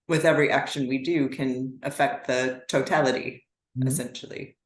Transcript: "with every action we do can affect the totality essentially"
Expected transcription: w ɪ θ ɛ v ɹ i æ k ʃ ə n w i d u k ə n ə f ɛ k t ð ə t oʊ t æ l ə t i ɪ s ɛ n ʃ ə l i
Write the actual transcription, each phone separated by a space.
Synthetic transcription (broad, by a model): w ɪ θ ɛ v ɹ i æ k ʃ ə n w i d u k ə n ə f ɛ k t ð ə t oʊ t æ l ə t i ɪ s ɛ n ʃ l i